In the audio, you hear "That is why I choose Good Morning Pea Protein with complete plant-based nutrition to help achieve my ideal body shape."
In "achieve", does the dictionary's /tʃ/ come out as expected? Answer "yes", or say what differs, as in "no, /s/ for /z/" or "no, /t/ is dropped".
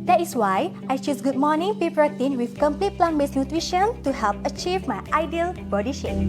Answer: yes